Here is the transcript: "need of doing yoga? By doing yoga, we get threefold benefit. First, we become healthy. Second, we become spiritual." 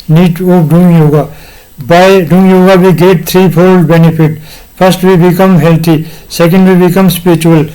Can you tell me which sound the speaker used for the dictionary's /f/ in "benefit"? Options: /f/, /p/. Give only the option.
/p/